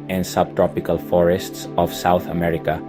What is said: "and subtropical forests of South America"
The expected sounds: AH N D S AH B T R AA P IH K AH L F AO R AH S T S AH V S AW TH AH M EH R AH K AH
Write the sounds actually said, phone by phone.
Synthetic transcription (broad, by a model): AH N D S AH B T R AA P IH K AH L F AO R AH S T S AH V S AW TH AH M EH R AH K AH